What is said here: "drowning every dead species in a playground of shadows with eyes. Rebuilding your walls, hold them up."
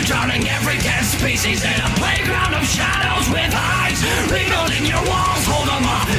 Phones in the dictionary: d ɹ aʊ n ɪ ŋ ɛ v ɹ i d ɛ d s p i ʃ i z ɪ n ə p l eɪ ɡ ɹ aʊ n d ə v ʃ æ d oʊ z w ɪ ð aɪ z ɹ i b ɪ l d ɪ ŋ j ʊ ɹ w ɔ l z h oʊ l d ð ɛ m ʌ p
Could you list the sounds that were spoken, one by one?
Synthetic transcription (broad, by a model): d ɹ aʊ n ɪ ŋ ɛ v ɹ i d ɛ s p i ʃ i z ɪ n ə p l eɪ ɡ ɹ aʊ n d ə v ʃ æ d oʊ z w ɪ ð aɪ z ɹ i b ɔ d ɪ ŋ j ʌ ɹ w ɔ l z h oʊ l d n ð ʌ